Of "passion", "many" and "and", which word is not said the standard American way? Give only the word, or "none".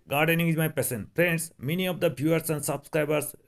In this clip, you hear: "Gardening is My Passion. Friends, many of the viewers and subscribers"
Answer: passion